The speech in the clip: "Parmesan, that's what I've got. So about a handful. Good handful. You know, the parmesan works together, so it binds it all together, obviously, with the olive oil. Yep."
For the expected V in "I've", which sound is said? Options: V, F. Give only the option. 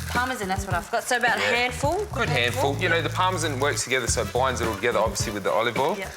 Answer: F